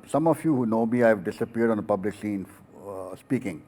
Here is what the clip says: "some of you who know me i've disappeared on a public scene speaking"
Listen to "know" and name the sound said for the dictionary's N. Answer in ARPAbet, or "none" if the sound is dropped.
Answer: N